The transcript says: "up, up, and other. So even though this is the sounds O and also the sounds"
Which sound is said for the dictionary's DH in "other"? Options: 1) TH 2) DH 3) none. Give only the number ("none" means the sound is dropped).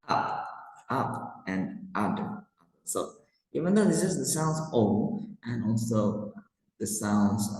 3